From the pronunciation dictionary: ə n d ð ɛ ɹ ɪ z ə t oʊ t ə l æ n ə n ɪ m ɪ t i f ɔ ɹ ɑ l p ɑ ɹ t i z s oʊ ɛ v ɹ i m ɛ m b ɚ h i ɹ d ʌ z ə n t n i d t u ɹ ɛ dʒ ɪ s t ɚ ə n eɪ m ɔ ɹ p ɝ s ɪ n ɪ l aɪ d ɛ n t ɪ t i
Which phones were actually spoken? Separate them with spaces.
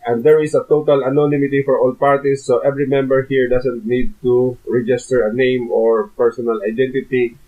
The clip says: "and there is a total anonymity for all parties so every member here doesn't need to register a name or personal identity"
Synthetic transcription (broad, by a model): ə n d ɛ ɹ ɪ s ə t oʊ t ə l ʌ n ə n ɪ m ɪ t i f ɔ ɹ ɑ l p ɑ ɹ t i s oʊ ɛ v ɹ i m ɛ m b ɚ h i ɹ d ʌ s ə n t n i d t u ɹ ɛ dʒ ɪ s t ɚ ə n eɪ m ɔ ɹ p ɝ s ɪ n ɪ l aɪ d ɛ n t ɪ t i